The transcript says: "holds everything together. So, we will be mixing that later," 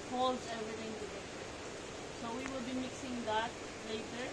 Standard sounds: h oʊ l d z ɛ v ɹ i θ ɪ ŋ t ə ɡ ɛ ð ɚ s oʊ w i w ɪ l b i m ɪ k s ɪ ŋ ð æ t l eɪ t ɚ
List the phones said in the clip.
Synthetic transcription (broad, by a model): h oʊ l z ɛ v ɹ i t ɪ ŋ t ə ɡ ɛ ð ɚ s oʊ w i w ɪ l b i m ɪ k s ɪ ŋ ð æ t l eɪ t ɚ